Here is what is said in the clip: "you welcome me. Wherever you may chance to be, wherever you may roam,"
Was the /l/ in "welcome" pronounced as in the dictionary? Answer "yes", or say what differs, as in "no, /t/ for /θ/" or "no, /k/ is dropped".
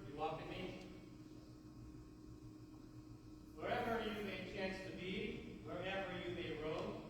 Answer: no, /l/ is dropped